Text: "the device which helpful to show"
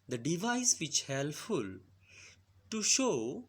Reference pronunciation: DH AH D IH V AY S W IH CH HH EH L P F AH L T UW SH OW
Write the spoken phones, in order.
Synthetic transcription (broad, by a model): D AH D IH V AY S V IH CH HH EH L F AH L T UW SH OW